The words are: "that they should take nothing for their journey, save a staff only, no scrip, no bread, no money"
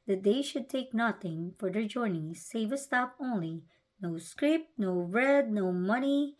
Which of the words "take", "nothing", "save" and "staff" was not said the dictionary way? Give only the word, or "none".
staff